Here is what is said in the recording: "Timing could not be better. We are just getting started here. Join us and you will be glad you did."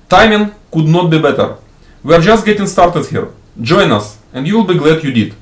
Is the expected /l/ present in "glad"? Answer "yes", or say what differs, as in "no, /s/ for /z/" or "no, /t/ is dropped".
yes